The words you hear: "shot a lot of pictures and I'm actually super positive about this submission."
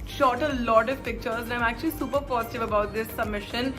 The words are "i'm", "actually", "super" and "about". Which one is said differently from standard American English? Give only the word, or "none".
none